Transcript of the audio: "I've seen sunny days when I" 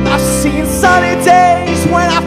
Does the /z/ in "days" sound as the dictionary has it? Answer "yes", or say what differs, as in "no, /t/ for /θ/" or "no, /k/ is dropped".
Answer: yes